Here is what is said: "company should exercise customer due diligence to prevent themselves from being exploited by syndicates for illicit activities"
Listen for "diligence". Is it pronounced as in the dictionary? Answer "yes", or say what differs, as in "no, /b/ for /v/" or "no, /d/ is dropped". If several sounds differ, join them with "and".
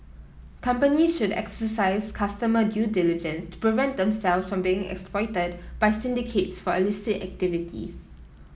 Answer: yes